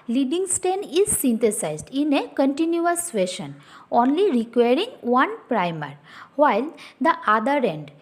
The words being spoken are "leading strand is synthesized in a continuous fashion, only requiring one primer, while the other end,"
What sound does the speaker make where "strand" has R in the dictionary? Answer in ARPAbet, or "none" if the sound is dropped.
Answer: none